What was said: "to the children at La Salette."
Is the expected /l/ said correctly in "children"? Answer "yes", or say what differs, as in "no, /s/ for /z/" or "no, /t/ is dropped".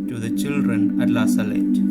yes